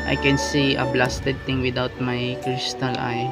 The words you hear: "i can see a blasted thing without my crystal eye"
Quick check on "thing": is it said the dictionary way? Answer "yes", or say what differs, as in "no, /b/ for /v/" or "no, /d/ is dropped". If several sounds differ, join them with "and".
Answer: no, /t/ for /θ/